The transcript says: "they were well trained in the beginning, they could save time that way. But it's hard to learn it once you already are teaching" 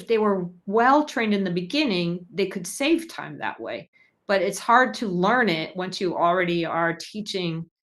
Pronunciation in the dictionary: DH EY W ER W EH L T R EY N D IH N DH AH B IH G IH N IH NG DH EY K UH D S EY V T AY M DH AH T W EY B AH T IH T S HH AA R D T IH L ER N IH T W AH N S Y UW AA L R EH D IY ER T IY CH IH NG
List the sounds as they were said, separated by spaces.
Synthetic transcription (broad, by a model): DH EY W ER W EH L T R EY N D IH N DH AH B IH G IH N IH NG DH EY K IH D S EY V T AY M DH AH T W EY B AH T IH T S HH AA R D T IH L ER N IH T W AH N S Y AA L R EH D IY ER T IY CH IH NG